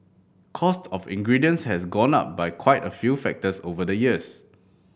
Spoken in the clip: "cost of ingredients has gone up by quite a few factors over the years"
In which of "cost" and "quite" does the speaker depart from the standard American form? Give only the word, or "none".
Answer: none